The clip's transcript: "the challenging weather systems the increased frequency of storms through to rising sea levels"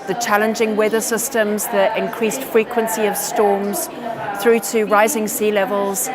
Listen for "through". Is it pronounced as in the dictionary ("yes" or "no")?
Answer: yes